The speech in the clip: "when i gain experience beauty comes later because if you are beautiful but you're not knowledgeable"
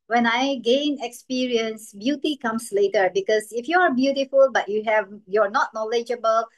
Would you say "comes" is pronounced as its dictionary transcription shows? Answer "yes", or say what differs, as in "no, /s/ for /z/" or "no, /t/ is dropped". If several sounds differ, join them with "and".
no, /s/ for /z/